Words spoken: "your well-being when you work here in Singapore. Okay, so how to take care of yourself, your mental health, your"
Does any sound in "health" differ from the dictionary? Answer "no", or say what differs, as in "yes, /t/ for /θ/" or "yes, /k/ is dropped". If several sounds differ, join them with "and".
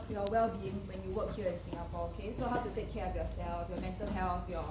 yes, /f/ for /θ/